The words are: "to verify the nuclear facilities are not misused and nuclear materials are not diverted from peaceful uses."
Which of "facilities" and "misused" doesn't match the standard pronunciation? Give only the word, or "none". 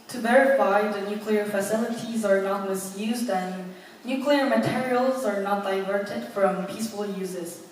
none